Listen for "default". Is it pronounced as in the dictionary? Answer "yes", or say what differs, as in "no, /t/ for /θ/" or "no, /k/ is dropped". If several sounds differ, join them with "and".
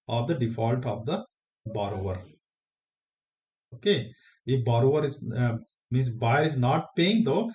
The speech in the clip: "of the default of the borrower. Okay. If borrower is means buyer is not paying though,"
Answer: yes